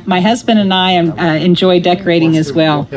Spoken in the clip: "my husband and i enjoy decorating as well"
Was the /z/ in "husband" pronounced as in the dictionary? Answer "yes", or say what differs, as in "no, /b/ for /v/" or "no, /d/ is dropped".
yes